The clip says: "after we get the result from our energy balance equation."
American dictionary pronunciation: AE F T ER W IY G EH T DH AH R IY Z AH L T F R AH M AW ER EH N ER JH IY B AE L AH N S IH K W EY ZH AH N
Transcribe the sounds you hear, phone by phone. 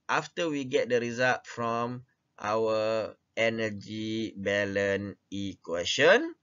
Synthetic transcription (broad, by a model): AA F T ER W IY G EH T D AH R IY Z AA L T F R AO M AW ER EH N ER JH IY B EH L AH N IH K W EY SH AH N